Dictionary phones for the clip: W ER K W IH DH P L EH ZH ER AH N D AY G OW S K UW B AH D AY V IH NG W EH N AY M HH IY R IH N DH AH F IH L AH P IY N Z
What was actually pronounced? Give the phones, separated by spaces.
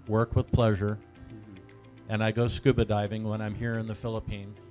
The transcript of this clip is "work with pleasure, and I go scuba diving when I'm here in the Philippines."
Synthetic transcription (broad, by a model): W ER K W IH DH P L EH ZH ER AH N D AY G OW S K UW B AH D AY V IH NG W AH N AY M HH IY R IH N DH AH F IH L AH P IY N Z